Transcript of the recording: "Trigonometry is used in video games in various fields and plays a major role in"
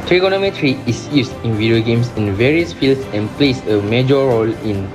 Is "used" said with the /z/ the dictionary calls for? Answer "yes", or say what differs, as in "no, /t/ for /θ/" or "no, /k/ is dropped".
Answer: no, /s/ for /z/